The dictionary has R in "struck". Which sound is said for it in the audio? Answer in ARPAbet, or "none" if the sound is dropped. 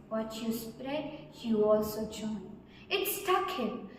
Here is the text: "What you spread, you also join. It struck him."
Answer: none